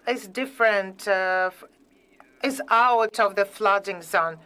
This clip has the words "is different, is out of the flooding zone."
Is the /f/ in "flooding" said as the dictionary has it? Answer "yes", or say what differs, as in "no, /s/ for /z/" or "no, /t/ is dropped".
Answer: yes